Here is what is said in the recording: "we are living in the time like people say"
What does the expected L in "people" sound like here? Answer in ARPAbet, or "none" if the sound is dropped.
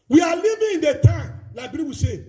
W